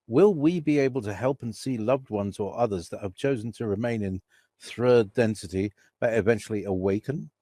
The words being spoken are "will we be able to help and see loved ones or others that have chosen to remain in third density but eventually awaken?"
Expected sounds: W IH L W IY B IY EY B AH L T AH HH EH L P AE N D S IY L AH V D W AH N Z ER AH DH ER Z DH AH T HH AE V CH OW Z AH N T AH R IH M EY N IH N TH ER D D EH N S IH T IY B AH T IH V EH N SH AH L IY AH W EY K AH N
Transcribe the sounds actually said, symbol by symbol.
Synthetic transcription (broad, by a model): W IH L W IY B IY EY B AH L T AH HH EH L P N S IY L AH V D W AH N Z ER AH DH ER Z DH AH T HH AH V CH OW Z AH N T AH R IH M EY N IH N TH ER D D EH N S IH T IY B AH T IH V EH N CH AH L IY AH W EY K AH N